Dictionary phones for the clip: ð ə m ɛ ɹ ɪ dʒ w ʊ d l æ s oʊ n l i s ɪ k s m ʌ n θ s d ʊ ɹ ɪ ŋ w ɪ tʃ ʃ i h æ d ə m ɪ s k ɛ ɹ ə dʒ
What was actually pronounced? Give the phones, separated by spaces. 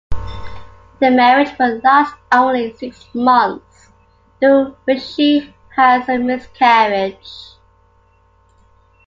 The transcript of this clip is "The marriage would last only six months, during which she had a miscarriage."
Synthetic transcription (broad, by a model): ð ə m ɛ ɹ ɪ dʒ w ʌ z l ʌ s oʊ n l i s ɪ k s m ʌ n θ s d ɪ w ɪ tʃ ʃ i h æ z ə m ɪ s k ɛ ɹ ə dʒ